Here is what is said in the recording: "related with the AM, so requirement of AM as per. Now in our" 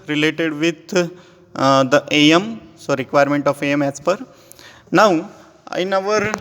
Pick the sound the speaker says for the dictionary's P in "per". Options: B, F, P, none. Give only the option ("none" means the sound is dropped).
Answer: P